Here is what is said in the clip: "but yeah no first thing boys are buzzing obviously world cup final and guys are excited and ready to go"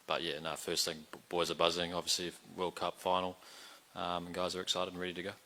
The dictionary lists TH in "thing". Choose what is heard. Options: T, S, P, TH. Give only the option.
TH